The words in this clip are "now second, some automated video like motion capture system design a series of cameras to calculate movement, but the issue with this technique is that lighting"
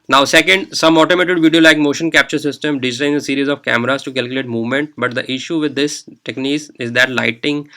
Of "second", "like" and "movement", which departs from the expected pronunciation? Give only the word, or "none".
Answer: none